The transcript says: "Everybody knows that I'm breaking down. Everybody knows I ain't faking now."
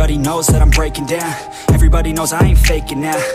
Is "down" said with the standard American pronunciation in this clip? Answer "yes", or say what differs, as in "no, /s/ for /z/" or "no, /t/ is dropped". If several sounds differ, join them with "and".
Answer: yes